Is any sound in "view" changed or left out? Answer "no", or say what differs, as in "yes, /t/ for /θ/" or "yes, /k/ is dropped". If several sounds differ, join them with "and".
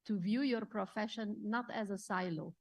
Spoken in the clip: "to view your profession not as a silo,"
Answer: no